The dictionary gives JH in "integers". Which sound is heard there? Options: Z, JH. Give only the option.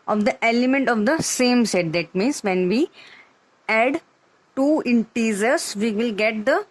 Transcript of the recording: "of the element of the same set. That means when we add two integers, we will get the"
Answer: Z